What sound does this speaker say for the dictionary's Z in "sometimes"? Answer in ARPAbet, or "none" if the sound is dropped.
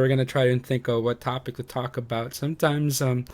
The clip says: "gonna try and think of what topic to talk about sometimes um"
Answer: Z